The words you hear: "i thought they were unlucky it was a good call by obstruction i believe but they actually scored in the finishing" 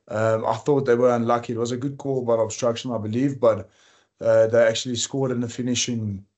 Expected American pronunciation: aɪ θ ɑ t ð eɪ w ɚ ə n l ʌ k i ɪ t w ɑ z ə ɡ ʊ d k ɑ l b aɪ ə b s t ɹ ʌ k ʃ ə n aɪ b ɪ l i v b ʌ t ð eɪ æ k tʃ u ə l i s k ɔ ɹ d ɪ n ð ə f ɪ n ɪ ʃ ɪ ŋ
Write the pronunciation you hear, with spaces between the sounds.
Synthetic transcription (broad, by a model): aɪ θ ɑ t ð eɪ w ɚ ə n l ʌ k i ɪ t w ɑ z ə ɡ ʊ d k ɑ l b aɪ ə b s t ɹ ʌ k ʃ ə n aɪ b ɪ l i v b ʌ t ð eɪ æ k tʃ u ə l i s k ɔ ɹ d ɪ n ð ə f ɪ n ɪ ʃ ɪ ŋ